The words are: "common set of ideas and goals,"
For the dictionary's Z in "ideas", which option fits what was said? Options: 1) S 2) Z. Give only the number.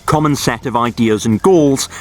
2